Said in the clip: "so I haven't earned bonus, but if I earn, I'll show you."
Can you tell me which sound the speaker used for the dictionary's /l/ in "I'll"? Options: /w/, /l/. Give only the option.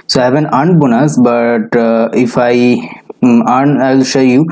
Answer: /l/